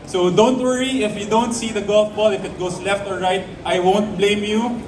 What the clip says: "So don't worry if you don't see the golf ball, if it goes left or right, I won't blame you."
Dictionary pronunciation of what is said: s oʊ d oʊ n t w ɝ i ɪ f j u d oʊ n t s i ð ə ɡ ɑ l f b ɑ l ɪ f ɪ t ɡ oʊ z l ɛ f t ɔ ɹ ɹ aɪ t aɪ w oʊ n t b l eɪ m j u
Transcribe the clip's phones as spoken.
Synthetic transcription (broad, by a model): s oʊ d oʊ n t w ɝ i ɪ f j u d oʊ n t s i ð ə ɡ ɑ l f b ɑ l ɪ f ɪ t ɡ oʊ s l ɛ f t ɔ ɹ ɹ aɪ t aɪ w oʊ n t b l eɪ m j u